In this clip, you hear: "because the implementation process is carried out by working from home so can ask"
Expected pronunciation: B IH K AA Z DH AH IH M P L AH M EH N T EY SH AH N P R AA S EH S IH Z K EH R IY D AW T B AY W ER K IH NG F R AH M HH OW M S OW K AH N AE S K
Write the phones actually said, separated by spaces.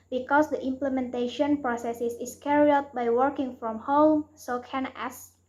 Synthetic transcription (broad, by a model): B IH K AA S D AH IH M P L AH M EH N T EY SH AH N P R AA S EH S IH S K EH R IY AW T B AY W ER K IH NG F R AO M HH OW M S OW K AH N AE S